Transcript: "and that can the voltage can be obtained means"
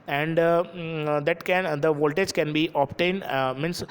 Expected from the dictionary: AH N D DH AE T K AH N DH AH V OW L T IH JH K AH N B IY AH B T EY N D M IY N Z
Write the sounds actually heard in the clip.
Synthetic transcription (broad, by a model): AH N D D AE T K AH N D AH V OW L T IH JH K AH N B IY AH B T EY N D M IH N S